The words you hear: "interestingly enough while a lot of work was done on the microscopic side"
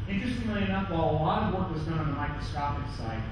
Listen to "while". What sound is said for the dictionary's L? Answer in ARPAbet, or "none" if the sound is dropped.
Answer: L